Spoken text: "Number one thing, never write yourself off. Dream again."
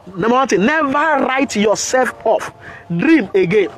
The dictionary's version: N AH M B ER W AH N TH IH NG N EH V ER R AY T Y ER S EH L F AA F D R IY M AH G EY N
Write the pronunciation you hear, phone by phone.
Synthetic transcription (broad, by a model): N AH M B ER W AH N T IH N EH V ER R AY T Y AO S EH L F AA F D R IY M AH G EY N